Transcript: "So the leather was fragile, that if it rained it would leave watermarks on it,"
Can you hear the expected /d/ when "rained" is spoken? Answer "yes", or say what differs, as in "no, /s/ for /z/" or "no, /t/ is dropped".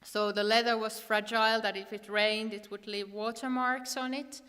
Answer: yes